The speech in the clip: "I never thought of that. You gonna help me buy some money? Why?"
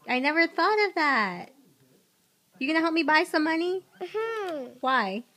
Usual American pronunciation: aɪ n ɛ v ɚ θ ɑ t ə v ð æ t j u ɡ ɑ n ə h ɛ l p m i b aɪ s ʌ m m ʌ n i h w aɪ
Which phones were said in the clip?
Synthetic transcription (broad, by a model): aɪ n ɛ v ɚ θ ɑ t ə v ð æ t j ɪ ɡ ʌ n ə h ɛ l p m i b aɪ s ʌ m m ʌ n i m w aɪ